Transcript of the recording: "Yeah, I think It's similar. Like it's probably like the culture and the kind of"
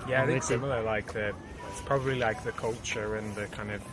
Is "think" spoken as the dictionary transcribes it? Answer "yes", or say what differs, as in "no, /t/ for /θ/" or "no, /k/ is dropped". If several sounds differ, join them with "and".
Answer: no, /ŋ/ is dropped